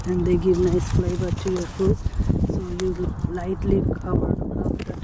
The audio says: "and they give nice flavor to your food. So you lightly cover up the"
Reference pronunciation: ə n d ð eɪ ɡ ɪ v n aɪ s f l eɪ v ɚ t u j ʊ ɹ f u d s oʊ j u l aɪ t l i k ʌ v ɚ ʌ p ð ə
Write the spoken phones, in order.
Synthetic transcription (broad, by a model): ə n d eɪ ɡ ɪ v n aɪ s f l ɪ b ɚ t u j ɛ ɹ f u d s oʊ j u l aɪ t l i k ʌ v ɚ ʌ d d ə